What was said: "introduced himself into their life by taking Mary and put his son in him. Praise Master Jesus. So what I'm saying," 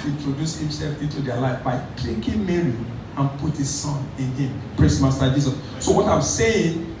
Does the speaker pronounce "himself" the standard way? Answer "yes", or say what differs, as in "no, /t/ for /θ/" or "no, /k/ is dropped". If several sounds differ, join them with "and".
yes